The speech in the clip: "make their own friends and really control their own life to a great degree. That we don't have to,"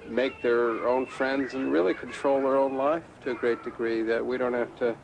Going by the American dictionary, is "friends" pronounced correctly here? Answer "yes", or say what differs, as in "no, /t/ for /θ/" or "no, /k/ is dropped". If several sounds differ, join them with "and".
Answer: yes